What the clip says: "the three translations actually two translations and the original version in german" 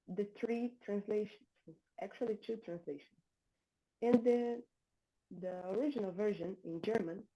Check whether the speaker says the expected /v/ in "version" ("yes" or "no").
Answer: yes